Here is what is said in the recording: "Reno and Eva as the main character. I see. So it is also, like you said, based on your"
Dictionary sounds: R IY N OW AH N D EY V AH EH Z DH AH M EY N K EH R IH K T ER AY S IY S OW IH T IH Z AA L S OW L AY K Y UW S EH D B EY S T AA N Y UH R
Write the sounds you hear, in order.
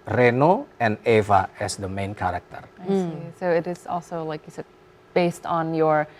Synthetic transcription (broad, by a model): R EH N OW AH N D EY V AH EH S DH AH M EY N K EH R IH K T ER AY S IY S OW IH T IH Z AA L S OW L AY K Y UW S EH D B EY S T N Y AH R